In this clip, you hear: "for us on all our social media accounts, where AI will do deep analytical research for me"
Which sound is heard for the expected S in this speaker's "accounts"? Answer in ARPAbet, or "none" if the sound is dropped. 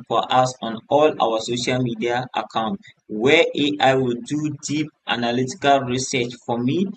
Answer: none